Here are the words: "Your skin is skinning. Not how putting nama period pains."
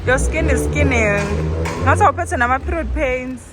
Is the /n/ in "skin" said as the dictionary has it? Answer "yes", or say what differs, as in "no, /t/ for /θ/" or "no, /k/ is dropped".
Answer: yes